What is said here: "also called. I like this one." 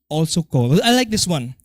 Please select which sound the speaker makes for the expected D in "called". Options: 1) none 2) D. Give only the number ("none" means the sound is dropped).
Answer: 1